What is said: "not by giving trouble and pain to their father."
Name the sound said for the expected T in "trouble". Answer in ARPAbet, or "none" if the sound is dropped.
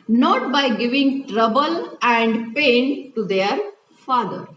T